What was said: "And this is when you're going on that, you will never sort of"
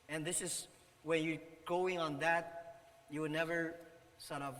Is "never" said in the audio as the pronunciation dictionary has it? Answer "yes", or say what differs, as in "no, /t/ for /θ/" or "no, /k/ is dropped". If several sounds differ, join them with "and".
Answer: yes